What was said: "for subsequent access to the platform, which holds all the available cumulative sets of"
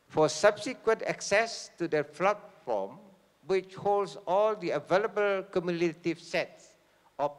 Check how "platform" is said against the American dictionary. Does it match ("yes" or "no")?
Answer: no